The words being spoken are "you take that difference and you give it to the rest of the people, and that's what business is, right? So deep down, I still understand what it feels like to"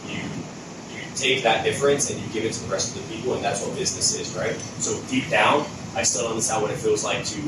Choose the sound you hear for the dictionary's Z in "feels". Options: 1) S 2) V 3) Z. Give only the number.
3